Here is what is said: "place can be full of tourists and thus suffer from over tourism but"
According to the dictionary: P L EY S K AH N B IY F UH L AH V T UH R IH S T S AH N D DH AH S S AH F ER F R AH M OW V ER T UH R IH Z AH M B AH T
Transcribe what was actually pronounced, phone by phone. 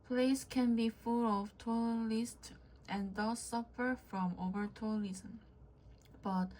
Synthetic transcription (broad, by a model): P L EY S K AH N B IY F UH L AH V T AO L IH S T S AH N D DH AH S S AH F ER F R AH M OW V ER T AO L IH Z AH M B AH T